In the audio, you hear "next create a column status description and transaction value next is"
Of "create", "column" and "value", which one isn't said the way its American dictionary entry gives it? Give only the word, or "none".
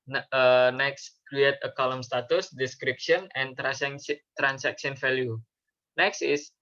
value